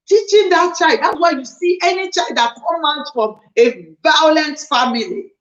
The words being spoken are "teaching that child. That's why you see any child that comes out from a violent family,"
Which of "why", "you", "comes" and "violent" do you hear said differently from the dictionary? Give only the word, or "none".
comes